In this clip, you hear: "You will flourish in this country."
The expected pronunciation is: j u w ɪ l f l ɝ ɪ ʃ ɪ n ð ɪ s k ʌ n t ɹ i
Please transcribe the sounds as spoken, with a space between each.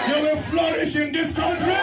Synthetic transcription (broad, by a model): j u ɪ n f l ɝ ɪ ʃ ɪ n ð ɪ s k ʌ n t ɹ i